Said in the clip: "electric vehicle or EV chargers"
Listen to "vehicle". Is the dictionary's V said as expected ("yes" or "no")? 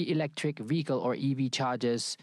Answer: yes